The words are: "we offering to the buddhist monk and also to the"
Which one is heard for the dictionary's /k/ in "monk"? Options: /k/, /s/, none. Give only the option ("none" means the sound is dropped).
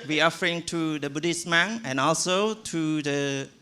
none